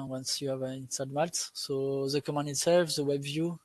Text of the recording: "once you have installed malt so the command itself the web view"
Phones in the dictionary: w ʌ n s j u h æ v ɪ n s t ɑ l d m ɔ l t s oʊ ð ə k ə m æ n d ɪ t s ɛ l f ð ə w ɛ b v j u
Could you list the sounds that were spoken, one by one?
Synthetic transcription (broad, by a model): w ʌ n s j u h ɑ v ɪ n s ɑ d m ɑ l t s oʊ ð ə k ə m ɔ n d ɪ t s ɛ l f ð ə w ɛ b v j u